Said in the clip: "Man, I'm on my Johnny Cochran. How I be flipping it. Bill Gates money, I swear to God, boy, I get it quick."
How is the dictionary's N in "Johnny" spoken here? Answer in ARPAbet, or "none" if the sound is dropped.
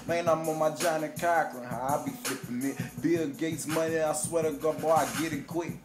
N